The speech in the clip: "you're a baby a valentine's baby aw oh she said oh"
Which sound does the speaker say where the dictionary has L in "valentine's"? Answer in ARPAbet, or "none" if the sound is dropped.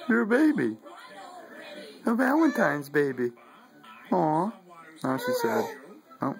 W